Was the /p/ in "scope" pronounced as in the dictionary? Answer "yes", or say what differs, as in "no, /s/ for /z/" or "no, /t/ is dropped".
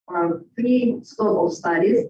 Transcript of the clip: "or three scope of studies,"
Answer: no, /p/ is dropped